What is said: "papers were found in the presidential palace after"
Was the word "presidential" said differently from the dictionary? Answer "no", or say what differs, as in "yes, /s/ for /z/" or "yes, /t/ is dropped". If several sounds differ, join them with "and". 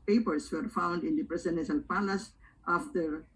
yes, /n/ is dropped and /n/ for /l/